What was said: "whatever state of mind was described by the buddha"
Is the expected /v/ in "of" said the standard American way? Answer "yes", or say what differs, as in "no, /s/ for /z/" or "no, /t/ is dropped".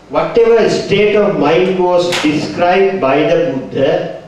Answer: yes